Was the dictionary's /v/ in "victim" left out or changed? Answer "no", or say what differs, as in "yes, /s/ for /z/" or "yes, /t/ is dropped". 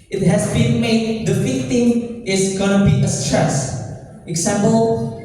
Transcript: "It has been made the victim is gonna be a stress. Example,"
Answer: yes, /f/ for /v/